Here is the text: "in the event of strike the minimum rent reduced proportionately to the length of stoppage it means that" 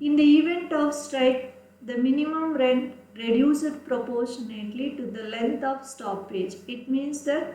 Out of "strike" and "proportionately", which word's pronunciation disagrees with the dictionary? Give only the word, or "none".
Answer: none